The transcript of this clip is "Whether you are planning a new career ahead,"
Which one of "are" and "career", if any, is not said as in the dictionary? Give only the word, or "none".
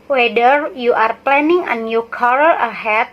career